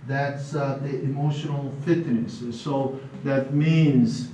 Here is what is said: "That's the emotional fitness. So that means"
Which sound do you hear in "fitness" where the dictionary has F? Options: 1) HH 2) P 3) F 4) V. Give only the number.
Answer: 3